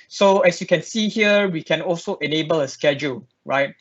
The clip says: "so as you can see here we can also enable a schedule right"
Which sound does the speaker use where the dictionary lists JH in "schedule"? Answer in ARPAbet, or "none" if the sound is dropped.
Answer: JH